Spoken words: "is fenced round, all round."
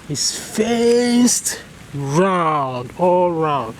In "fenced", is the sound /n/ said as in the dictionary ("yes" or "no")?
no